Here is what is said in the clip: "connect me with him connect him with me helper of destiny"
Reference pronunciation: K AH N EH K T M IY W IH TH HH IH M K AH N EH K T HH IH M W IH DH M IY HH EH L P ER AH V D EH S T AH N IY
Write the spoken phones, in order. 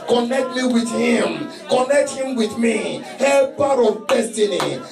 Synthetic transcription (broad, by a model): K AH N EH K T M IY W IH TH HH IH M K AH N EH K T HH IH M W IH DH M IY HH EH P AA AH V D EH S T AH N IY